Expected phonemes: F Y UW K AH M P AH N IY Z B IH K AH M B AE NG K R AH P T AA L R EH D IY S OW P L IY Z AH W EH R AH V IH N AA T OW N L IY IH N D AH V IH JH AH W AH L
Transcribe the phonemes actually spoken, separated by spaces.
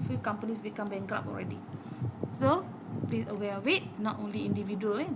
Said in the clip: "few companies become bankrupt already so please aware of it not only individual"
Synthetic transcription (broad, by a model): F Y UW K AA M P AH N IY S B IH K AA M B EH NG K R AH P AA L R EH D IY S OW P L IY S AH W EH W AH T N AA T OW N L IY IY N D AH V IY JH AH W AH L